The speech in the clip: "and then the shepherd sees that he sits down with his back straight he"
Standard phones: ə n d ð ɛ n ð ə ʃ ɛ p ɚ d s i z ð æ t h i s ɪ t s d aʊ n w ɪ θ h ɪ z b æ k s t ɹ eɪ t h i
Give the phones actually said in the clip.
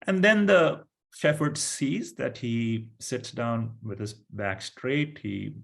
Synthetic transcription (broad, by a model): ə n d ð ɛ n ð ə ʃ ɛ f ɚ d s i z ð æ t h i s ɪ t s d aʊ n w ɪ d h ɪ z b æ k s t ɹ eɪ t h i